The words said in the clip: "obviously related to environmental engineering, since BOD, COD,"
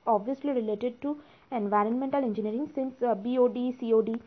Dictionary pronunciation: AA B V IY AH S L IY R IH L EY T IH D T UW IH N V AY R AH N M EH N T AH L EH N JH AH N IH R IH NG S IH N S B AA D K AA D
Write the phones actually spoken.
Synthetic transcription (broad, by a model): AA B V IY AH S L IY R IH L EY T IH D T UW IH N V AY R AH N M EH N T AH L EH N JH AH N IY R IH NG S IH N S B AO D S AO D